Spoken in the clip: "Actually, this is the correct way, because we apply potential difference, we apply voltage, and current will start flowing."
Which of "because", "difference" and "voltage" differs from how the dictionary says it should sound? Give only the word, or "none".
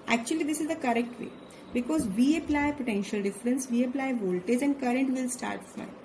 none